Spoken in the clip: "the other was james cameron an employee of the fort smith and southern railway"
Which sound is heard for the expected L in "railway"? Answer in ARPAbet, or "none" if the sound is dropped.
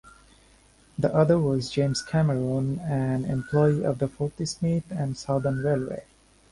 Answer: L